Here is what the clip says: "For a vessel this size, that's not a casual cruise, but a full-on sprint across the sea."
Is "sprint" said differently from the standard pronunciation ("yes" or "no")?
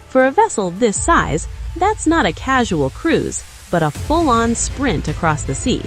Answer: no